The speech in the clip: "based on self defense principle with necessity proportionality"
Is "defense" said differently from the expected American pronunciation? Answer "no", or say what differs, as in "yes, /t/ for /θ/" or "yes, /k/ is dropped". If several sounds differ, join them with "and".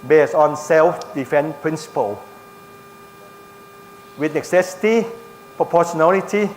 yes, /s/ is dropped